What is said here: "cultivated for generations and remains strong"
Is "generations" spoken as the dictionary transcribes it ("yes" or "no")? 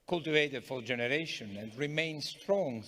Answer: no